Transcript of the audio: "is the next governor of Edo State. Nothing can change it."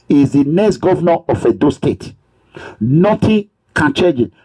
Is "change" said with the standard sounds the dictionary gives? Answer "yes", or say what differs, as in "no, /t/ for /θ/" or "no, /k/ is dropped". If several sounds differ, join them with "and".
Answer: no, /n/ is dropped